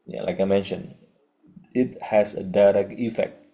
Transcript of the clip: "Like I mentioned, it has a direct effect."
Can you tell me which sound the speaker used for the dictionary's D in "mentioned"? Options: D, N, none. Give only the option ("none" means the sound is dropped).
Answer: none